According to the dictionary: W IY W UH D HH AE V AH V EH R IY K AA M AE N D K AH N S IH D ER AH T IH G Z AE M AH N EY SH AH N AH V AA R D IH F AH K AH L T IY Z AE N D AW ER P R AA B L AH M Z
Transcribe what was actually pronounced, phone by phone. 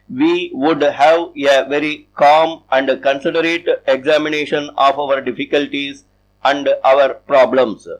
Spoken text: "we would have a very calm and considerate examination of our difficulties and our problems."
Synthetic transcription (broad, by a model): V IY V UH D HH AE V AH V EH R IY K AA M AE N D K AH N S IH D ER AH T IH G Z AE M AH N EY SH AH N AH V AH R D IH F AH K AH L T IY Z AE N D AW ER P R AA B L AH M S